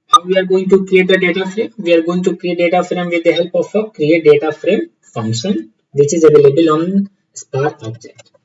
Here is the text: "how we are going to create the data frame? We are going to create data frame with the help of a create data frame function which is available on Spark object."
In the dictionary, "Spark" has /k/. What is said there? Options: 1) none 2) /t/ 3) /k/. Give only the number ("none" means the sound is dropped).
1